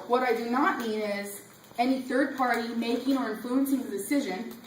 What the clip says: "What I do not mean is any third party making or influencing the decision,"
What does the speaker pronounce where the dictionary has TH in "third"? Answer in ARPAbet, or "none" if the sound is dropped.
TH